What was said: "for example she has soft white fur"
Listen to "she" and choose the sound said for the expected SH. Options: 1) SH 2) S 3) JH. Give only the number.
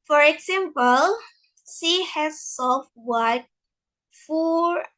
2